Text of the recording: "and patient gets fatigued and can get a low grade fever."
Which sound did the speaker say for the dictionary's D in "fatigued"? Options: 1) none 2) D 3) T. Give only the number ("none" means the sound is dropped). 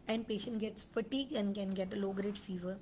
1